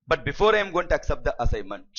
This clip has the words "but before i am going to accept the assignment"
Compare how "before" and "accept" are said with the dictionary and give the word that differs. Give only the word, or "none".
none